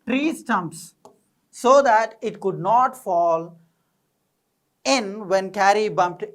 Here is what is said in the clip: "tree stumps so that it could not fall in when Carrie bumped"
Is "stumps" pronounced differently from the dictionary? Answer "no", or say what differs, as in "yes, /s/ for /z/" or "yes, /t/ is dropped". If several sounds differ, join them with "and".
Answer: no